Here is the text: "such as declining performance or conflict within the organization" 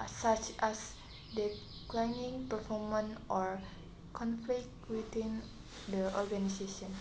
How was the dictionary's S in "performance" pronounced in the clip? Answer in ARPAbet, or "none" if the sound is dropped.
none